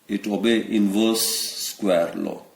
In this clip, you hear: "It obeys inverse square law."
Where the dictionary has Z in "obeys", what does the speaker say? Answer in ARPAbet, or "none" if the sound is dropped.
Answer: none